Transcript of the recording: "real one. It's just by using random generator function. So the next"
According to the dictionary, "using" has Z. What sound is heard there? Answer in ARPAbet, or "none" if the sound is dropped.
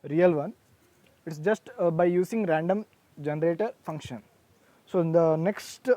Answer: S